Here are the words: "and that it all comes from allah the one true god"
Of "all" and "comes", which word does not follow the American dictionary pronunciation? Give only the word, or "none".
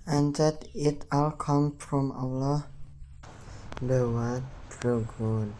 comes